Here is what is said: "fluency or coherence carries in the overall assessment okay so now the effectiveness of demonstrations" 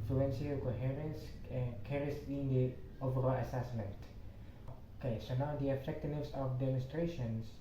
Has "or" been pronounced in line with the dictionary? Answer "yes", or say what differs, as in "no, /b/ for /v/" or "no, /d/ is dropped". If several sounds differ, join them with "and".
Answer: no, /l/ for /ɹ/